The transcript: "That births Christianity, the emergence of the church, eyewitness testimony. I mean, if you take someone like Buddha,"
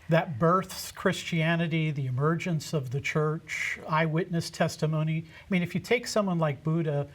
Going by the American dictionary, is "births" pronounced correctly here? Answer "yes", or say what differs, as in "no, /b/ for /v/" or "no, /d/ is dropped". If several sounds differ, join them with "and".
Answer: yes